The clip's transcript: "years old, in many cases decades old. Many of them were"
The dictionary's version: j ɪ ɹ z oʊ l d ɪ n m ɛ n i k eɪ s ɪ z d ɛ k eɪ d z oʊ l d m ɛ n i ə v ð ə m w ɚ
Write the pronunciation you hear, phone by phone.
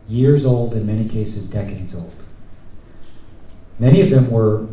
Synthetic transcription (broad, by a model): j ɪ ɹ z oʊ l d ɪ n m ɛ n i k eɪ s ɪ z d ɛ k eɪ d z oʊ l d m ɛ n i ə v ð ə m w ɚ